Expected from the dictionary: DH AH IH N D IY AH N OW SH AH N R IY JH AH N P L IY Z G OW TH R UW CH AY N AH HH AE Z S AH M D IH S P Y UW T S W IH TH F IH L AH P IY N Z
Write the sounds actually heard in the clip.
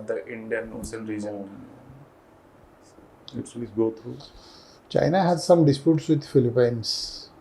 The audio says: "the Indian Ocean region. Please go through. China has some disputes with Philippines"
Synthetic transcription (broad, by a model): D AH IH N D IY AH N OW S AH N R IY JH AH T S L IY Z G OW T R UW CH AY N AH HH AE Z S AH M D IH S P Y UW T S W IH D F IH L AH P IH N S